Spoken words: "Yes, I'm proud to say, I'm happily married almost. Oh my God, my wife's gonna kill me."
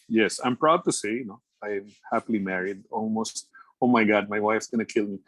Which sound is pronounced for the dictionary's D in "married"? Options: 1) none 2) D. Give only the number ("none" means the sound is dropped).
2